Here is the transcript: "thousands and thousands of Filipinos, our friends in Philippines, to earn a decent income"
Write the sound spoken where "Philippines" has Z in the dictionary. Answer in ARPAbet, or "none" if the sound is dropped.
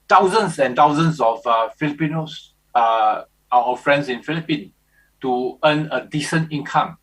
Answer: none